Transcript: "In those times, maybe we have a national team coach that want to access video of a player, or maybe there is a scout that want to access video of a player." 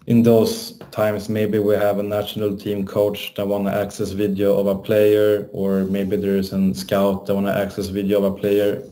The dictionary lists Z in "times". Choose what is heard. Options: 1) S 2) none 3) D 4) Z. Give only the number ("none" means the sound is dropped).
1